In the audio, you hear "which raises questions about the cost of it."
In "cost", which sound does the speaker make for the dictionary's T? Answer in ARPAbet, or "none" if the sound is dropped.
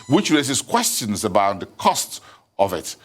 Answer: T